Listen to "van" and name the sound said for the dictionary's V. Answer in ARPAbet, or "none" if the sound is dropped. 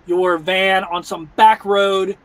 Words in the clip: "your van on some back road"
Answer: V